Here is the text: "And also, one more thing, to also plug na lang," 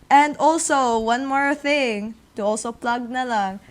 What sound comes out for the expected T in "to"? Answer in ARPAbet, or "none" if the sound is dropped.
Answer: T